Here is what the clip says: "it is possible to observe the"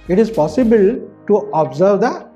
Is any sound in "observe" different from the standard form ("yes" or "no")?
no